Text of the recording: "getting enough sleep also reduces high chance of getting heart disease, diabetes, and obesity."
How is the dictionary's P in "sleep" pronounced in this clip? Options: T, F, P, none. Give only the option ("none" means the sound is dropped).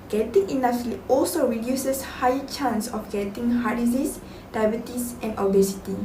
none